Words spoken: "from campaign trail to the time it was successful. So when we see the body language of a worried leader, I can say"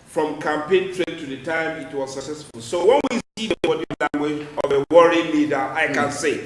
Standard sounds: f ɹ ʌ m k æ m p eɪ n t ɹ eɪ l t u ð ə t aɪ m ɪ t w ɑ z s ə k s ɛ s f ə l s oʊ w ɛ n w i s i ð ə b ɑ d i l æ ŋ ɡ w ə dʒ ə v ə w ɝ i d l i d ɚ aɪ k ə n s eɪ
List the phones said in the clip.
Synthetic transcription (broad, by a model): f ɹ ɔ m k æ m p eɪ n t ɹ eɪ n t u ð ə t aɪ m ɪ t w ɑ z s ə k s ɛ s f ə l s oʊ w ɛ n w i s i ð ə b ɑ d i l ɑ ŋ ɡ w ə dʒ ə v ə w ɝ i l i d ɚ aɪ k ə n s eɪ